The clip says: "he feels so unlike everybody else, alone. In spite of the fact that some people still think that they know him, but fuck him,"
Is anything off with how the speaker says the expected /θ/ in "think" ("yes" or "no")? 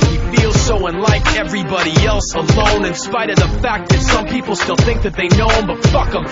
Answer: no